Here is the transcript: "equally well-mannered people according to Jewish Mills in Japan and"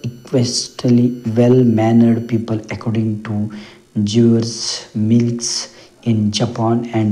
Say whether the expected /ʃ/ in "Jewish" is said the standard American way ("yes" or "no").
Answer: no